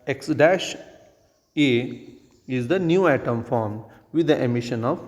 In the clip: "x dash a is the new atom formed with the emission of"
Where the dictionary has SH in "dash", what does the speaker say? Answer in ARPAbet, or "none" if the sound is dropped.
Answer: SH